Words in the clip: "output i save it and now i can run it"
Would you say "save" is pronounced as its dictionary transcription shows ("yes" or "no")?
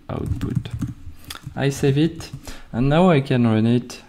yes